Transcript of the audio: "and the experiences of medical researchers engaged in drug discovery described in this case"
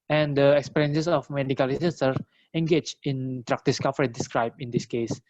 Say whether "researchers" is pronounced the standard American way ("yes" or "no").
no